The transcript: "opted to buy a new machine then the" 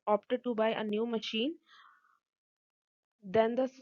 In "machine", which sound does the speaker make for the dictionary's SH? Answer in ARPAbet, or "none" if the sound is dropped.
SH